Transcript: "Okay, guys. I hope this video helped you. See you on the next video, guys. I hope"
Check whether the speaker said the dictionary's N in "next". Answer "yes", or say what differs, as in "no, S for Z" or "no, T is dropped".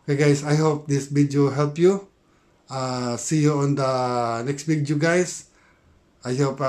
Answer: yes